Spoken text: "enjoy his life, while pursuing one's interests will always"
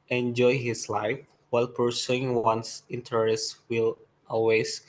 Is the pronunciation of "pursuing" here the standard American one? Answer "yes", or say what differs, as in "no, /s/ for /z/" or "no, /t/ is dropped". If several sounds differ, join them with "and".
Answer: yes